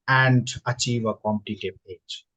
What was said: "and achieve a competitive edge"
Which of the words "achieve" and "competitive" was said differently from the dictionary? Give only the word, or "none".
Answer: competitive